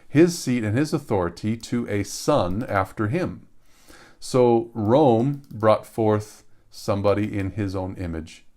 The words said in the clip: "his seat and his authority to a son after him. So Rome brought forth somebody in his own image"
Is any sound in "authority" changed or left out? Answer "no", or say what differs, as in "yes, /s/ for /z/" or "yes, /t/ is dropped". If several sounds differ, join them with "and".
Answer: no